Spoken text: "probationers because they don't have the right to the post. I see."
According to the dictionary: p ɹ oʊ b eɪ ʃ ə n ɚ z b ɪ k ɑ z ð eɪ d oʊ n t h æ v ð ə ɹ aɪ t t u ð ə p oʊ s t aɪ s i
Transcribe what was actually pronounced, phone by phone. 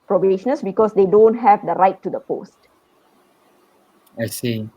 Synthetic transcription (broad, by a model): p ɹ oʊ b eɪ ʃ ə n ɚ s b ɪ k ɑ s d eɪ d oʊ n t h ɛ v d ə ɹ aɪ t t u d ə p oʊ s t aɪ s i